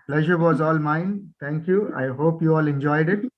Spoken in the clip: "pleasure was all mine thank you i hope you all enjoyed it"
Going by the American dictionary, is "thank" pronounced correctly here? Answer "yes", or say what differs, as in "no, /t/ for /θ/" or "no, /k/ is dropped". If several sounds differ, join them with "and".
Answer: no, /t/ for /θ/